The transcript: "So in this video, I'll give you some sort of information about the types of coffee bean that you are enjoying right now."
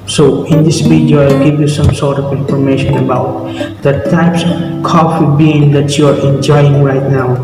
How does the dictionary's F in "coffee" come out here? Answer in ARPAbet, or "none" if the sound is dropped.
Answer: F